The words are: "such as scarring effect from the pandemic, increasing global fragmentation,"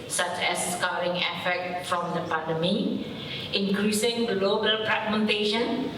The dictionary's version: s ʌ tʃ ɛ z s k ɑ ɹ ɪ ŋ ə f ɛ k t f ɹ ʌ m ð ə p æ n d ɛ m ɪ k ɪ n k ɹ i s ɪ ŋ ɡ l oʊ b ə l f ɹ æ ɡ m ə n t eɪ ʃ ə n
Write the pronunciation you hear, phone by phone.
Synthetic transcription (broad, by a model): s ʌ tʃ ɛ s s k ɑ ɹ ɪ ŋ ə f ɛ k t f ɹ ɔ m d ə p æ n d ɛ m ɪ ɪ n k ɹ i s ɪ ŋ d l oʊ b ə l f ɹ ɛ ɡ m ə n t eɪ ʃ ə n